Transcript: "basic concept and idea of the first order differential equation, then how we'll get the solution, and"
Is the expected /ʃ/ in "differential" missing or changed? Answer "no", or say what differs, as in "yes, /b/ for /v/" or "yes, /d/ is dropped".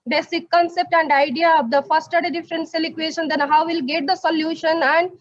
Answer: yes, /s/ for /ʃ/